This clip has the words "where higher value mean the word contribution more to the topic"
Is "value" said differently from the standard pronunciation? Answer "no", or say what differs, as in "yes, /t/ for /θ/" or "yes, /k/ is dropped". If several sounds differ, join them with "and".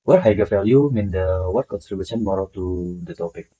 yes, /f/ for /v/